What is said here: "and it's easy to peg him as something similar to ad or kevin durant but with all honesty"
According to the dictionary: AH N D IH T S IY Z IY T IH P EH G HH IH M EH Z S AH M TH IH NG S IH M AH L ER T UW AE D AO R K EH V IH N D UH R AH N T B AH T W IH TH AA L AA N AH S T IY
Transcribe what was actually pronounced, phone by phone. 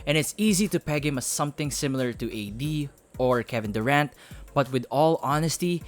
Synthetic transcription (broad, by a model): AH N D IH T S IY Z IY T IH P EH G HH IH M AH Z S AH M TH IH NG S IH M AH L ER T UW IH D AO R K EH V IH N D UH R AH N T B AH T W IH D AA L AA N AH S T IY